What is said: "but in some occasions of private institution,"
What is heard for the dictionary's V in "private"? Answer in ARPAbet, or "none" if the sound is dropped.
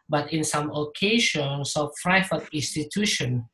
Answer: F